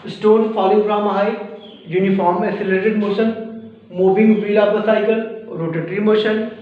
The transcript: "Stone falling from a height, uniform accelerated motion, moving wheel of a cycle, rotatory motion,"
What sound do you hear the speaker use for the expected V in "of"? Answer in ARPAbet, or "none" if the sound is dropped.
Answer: P